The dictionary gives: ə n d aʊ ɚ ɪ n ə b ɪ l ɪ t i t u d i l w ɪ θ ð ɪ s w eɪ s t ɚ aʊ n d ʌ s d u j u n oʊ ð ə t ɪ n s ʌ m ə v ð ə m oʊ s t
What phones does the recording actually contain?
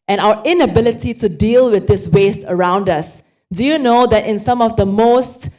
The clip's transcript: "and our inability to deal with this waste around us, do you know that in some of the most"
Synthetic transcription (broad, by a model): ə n aʊ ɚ ɪ n ə b ɪ l ɪ t i t u d i l w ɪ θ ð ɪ s w eɪ s t ɚ aʊ n d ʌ s d u j u n oʊ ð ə t ɪ n s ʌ m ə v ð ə m oʊ s t